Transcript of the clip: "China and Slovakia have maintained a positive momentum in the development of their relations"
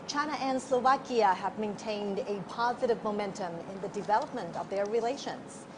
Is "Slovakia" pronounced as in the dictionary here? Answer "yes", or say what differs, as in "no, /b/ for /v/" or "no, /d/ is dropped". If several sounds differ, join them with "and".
yes